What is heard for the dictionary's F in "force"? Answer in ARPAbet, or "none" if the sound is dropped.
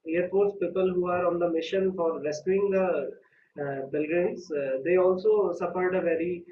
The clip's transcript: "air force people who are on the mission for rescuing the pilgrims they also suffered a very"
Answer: P